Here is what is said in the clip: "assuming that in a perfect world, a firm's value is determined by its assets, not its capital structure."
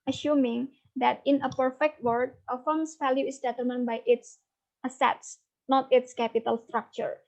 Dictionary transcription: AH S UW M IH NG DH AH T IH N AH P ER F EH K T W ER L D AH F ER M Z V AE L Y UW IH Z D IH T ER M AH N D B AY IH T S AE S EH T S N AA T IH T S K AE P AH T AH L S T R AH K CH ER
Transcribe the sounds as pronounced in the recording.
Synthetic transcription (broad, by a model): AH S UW M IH NG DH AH T IH N AH P ER F EH K T W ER D AH F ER M S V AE L Y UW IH S D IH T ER M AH N B AY IH T S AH S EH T S N AA T IH T S K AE P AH T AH L S T R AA K CH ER